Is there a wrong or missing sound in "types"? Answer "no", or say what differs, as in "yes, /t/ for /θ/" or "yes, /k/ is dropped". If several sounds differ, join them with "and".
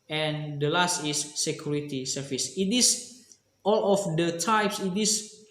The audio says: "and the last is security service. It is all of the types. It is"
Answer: no